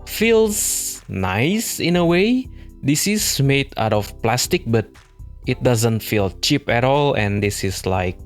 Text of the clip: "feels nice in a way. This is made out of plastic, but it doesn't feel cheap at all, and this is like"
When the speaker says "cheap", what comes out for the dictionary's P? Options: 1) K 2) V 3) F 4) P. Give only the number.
4